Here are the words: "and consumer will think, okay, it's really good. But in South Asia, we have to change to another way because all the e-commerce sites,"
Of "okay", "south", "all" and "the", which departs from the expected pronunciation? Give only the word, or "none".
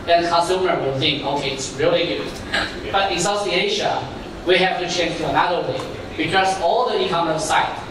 south